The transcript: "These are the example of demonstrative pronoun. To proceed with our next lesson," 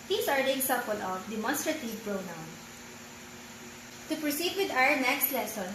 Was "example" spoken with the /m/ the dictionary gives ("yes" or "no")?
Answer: no